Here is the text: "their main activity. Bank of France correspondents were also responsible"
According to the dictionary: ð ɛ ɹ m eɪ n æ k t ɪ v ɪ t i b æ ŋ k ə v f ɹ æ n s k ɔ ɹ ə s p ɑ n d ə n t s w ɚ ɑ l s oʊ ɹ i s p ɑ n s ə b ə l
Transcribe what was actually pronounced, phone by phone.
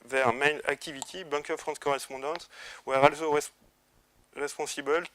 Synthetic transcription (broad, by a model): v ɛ ɹ m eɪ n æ k t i v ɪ t i b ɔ k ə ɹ f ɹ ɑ s k ɔ ɹ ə s p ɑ d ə t w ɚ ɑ l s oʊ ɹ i s p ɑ s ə b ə l